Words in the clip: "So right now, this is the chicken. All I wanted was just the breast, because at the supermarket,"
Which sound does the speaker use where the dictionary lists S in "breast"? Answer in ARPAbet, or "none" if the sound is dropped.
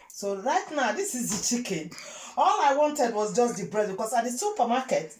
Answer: none